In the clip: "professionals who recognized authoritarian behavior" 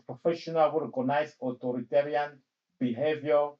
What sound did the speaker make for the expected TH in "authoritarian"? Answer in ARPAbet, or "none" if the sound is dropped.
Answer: T